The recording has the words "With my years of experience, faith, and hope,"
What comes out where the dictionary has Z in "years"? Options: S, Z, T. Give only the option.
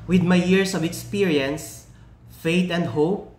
S